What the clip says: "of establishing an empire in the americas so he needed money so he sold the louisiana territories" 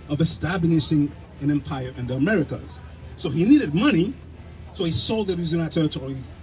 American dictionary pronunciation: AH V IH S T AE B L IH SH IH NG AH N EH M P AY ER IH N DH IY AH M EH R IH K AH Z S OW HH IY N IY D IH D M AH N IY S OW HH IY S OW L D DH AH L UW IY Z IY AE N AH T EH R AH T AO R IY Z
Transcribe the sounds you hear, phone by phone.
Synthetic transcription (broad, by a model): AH V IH S T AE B N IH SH IH NG AH N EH M P AY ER IH N DH IY AH M EH R IH K AH Z S OW HH IY N IY D IH D M AH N IY S OW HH IY S OW L D DH AH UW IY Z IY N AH T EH R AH T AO R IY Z